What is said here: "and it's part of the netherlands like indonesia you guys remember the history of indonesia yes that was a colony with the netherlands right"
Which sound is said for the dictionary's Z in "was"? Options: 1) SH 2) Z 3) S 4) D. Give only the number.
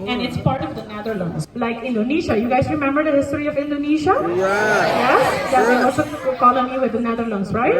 3